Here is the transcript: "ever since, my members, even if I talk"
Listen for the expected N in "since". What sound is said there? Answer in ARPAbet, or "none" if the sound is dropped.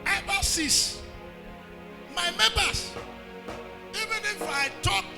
none